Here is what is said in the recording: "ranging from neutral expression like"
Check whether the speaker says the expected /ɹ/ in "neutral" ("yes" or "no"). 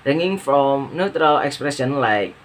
yes